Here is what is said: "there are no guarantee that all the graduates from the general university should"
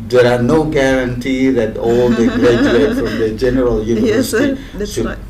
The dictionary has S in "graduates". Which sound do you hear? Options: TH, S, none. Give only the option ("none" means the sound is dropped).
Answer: none